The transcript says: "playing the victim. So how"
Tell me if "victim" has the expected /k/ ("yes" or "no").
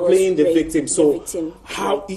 yes